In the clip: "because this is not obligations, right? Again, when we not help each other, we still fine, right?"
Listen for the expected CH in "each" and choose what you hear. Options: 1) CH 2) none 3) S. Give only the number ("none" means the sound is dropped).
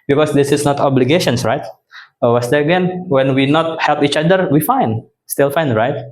1